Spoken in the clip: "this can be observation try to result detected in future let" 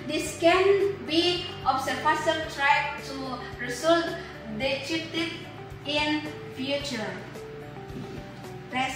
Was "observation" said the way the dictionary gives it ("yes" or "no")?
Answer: no